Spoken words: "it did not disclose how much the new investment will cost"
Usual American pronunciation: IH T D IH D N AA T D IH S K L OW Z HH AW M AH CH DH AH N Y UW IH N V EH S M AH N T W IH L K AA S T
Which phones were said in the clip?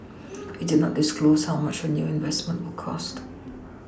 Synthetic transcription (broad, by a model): IH T D IH D N AA T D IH S K L OW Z HH AW M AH CH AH N Y UW IH N V EH S M AH N T W IH L K AA S T